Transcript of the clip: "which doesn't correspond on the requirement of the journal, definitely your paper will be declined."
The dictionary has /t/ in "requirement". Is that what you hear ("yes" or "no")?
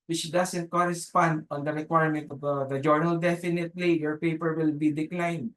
yes